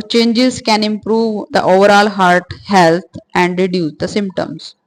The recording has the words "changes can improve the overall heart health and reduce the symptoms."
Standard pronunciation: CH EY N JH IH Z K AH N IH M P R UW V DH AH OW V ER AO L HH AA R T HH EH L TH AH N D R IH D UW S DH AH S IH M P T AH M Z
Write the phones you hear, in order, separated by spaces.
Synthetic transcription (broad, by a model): CH EY N JH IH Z K AH N IH M P R UW V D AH OW V ER AO L HH AA R T HH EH L T AH N D R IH D UW S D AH S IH M P T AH M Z